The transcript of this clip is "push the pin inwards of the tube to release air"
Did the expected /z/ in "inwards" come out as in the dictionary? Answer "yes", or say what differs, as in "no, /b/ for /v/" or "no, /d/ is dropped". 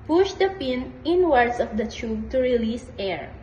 no, /s/ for /z/